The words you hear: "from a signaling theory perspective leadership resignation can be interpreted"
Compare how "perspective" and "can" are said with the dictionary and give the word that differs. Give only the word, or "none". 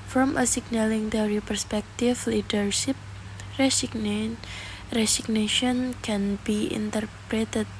perspective